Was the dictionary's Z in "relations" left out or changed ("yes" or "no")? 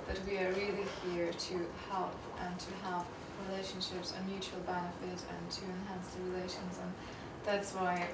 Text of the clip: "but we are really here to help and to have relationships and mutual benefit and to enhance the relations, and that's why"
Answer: no